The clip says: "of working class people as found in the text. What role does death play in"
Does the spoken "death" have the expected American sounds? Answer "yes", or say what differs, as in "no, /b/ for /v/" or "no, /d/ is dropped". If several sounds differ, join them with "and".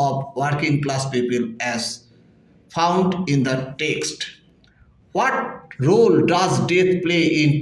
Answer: no, /t/ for /θ/